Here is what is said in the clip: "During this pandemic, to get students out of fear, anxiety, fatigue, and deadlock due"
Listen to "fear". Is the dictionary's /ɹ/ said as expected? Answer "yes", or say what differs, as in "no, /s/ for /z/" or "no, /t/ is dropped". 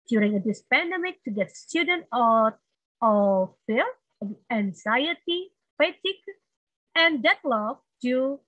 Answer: no, /l/ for /ɹ/